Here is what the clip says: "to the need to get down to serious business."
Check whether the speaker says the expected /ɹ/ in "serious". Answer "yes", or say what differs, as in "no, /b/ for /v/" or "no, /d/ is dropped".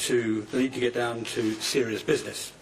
yes